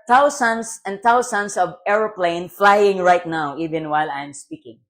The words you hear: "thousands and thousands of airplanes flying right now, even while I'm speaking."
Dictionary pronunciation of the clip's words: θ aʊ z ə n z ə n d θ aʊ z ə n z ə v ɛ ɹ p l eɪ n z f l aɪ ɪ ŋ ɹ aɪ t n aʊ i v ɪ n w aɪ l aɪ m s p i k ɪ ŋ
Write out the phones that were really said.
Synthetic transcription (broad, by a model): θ aʊ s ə n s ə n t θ aʊ s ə n s ə v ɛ ɹ p l eɪ n f l aɪ ɪ ŋ ɹ aɪ t n aʊ i v ɪ n w aɪ l aɪ m s p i k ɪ ŋ